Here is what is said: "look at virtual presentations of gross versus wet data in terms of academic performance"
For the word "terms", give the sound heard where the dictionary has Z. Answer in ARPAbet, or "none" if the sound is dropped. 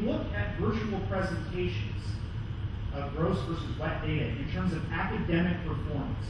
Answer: Z